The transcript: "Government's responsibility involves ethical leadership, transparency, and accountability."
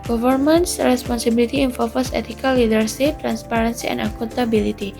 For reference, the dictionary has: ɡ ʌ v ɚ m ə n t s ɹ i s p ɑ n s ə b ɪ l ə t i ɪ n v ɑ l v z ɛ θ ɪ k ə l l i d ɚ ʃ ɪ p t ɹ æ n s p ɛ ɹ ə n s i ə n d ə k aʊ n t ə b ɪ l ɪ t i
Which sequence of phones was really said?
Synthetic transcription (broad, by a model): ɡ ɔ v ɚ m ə n s ɹ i s p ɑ n s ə b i l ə t i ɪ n f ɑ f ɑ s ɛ t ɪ k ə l l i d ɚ s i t ɹ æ n s p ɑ ɹ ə n s i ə n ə k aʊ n t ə b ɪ l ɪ t i